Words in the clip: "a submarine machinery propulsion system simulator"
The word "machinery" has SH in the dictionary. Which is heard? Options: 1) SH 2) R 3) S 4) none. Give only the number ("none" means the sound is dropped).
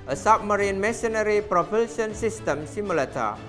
3